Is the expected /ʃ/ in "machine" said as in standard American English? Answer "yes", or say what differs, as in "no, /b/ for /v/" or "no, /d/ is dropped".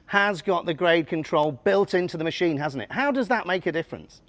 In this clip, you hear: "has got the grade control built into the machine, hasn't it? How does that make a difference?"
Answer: yes